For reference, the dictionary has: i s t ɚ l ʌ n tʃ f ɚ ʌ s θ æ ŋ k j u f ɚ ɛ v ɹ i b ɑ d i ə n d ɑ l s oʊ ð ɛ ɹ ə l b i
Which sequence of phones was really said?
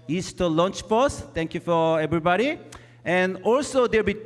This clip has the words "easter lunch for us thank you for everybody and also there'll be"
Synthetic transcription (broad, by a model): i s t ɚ l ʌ n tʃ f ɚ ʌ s t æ ŋ k j u f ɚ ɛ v ɹ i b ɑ d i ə n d ɑ l s oʊ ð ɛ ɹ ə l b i